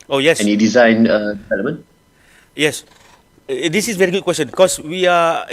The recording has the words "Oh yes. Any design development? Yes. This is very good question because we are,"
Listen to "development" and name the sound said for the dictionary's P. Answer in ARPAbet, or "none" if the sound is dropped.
none